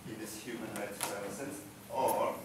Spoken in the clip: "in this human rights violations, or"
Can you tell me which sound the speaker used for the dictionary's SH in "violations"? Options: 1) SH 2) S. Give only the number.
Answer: 2